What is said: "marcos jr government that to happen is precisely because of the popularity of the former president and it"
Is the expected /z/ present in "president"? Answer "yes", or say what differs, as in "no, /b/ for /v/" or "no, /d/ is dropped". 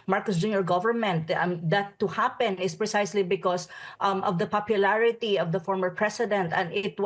no, /s/ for /z/